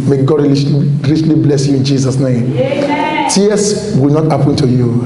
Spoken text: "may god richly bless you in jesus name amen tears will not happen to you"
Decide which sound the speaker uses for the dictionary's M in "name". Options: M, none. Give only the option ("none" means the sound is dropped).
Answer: none